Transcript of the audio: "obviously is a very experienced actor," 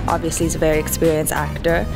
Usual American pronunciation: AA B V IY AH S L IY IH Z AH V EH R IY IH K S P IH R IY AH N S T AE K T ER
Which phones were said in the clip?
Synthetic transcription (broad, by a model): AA B V IY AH S L IY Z AH V EH R IY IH K S P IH R IY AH N S AE K T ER